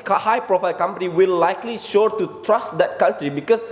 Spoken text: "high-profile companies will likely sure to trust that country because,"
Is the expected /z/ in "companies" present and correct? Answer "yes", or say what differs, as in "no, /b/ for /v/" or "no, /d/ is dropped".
no, /z/ is dropped